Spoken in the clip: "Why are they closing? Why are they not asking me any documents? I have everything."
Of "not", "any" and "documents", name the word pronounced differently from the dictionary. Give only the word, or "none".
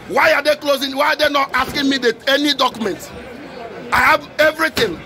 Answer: documents